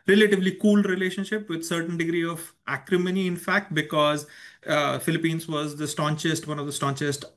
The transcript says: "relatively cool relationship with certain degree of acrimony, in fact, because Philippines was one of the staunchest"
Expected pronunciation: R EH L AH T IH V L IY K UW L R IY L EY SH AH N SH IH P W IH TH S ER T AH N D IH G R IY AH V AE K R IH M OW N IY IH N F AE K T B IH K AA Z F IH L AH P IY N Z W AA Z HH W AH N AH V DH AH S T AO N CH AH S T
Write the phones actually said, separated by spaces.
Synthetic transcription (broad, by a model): R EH L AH T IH V L IY K UW L R IY L EY SH AH N SH IH P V IH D S ER T AH N D IH G R IY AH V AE K R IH M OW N IY IH N F AE K T B IH K AA Z F IH L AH P IY N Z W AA Z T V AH N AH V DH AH S T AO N CH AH S T